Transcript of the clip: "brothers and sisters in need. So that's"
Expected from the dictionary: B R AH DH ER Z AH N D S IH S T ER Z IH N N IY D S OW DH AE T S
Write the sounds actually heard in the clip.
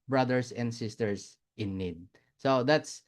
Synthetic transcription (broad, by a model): B R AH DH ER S AH N D S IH S T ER S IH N N IY D S OW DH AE T S